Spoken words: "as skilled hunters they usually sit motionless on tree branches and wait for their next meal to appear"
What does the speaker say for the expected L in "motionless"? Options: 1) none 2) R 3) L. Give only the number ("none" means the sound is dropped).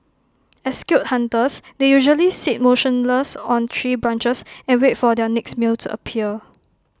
3